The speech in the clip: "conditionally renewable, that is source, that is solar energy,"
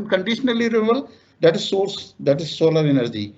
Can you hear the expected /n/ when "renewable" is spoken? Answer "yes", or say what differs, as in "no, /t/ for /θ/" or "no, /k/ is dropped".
no, /n/ is dropped